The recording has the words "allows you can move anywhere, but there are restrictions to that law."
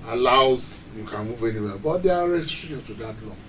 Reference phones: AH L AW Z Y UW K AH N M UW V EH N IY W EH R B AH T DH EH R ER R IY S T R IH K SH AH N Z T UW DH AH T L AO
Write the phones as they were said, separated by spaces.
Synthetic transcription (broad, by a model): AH L AW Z Y UW K AH N M UW V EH N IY W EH B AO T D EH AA R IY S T R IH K AH T UW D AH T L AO